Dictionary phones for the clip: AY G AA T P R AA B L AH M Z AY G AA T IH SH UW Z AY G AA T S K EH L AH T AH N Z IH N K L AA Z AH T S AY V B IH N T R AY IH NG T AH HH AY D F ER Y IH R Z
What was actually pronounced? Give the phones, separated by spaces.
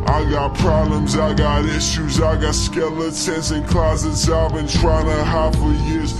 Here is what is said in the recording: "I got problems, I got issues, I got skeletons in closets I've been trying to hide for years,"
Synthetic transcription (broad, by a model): AY G AA T P R AA B L AH M Z AY G AA T IH SH UW Z AY G AA T S K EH L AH S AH N S IH N K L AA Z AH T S AY V B IH N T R AY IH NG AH HH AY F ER Y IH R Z